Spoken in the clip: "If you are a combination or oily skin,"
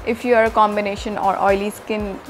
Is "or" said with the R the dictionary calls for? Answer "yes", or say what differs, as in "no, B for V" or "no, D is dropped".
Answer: yes